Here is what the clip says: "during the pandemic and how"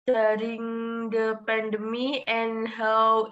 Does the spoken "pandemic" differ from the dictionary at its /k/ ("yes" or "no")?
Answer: yes